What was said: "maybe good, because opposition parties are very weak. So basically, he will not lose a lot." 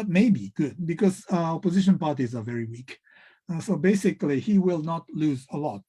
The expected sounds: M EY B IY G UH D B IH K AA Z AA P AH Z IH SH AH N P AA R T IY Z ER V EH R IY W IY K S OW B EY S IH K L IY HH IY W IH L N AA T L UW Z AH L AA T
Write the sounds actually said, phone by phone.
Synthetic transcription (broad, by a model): M EY B IY G UH D B IH K AA Z AA P AH Z IH SH AH N P AA R T IY Z ER V EH R IY W IY K S OW B EY S IH K L IY HH IY W IH L N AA T L UW Z AH L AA T